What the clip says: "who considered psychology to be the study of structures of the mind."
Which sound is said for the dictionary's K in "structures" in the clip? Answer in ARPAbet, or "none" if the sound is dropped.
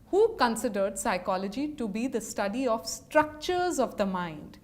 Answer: K